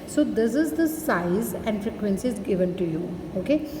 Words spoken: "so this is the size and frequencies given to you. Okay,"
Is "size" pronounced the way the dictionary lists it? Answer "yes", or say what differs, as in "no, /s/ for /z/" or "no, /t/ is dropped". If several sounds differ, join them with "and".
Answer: yes